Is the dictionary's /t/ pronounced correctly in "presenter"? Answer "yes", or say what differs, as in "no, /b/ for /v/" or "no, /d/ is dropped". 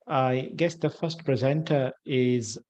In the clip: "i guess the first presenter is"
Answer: yes